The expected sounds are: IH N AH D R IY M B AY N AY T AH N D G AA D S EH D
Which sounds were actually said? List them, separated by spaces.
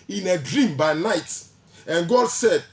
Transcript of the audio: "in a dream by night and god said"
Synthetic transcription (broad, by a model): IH N AH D R IY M B AY N AY T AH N G AA D S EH D